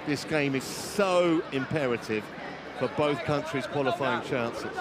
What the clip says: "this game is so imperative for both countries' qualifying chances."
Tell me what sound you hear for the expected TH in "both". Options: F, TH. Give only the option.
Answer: TH